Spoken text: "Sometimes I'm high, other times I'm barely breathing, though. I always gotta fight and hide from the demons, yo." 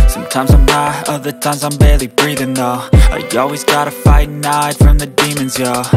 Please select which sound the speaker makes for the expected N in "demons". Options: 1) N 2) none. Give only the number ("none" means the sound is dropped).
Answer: 1